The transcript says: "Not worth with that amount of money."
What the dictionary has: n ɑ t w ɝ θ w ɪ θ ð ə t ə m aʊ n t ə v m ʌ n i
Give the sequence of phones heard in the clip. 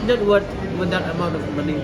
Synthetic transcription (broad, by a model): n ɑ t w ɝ t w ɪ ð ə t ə m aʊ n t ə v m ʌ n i